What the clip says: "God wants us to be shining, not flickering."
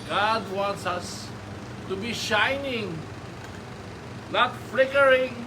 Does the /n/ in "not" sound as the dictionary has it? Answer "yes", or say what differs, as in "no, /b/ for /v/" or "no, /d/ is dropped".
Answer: no, /l/ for /n/